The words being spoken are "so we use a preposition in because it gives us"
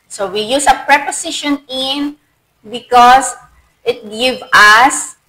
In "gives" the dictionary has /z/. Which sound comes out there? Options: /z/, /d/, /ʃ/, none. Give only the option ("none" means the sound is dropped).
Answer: none